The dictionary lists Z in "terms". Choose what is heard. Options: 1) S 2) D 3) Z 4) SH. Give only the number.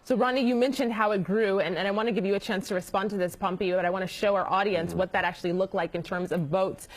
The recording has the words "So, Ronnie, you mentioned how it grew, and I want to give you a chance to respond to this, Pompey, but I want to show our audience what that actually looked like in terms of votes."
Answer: 3